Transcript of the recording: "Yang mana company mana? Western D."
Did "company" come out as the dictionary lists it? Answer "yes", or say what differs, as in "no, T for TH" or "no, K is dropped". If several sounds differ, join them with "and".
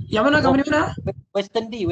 no, P is dropped